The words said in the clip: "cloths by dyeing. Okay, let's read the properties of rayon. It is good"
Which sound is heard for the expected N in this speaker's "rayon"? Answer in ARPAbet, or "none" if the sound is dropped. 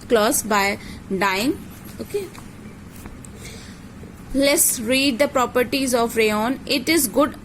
N